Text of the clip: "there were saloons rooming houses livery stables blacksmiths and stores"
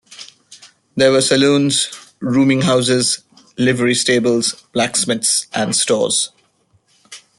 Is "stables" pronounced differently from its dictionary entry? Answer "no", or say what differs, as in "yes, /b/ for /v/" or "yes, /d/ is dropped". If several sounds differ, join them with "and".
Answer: no